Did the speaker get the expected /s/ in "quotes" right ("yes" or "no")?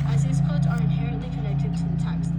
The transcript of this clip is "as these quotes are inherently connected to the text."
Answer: no